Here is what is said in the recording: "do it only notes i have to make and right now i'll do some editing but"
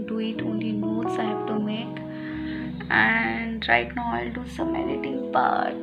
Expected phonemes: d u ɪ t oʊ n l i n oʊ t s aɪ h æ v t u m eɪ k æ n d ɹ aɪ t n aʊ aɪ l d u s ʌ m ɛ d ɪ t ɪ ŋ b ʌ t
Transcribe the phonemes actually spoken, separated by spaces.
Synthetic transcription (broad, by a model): d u ɪ t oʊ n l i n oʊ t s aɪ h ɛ b t u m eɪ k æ n d ɹ aɪ t n aʊ aɪ l d u s ʌ m ɛ d ɪ t ɪ ŋ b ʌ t